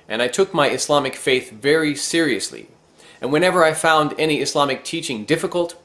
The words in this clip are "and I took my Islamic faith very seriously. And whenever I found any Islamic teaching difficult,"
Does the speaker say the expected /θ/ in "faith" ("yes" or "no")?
yes